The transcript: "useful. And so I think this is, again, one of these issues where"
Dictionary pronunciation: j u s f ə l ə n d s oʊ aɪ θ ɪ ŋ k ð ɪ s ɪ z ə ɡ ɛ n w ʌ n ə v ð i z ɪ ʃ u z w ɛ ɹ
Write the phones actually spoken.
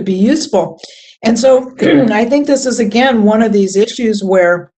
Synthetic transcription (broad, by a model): j u s f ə l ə n s oʊ aɪ θ ɪ ŋ k ð ɪ s ɪ z ə ɡ ɛ n w ʌ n ə v ð i z ɪ ʃ u z w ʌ ɹ